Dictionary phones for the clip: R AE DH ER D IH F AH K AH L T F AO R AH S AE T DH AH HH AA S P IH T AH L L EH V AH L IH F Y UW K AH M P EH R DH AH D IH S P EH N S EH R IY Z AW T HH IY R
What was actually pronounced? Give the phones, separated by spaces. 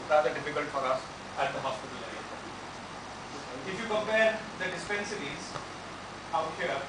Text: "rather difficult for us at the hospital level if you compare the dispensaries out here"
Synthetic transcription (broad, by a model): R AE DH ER D IH F AH K AH L T F AO R AH S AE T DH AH HH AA S P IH T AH L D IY AH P IH F Y UW K AH M P EH R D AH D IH S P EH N S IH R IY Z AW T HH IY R